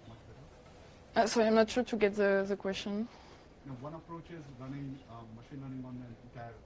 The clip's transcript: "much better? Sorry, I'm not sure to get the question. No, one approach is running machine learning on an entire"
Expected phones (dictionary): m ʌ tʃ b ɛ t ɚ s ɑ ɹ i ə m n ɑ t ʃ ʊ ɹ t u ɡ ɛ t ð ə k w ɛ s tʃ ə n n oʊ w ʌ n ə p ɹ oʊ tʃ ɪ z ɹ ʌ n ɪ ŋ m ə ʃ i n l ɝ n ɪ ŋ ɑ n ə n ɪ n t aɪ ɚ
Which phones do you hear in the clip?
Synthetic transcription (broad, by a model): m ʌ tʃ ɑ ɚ s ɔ i ə m n ɑ t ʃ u t u ɡ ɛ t ð ə k w ɛ s tʃ ə n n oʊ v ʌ n ə p ɹ oʊ tʃ ɪ z ɹ ʌ n ɪ ŋ m ə ʃ i n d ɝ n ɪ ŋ ɑ n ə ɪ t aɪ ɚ